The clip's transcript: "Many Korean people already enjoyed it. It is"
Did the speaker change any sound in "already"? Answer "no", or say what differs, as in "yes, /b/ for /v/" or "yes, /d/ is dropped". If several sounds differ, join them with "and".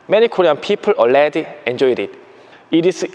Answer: yes, /l/ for /ɹ/